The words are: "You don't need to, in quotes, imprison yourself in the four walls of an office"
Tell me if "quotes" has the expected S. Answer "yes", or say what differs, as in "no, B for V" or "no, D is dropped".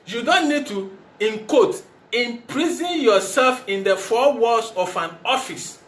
no, S is dropped